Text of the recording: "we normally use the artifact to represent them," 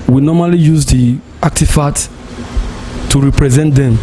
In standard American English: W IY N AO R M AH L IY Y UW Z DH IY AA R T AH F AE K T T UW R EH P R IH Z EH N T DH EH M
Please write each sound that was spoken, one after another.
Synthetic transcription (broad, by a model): W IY N AO M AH L IY Y UW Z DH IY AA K T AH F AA T T UW R EH P R IH Z EH N T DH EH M